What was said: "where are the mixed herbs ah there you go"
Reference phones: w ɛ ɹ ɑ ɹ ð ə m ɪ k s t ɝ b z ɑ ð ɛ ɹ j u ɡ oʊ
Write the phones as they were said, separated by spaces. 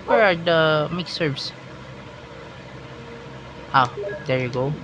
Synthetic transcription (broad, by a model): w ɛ ɹ ɑ ɹ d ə m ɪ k s ɝ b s ɑ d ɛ ɹ j u ɡ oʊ